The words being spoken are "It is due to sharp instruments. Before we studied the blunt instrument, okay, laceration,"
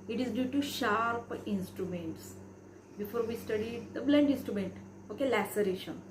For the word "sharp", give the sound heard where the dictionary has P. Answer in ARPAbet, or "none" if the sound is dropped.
P